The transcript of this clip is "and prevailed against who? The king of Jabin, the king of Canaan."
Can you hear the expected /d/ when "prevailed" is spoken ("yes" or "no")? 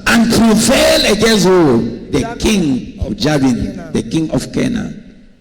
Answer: no